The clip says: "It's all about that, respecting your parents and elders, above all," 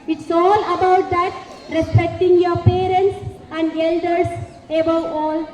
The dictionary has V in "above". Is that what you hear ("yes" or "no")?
no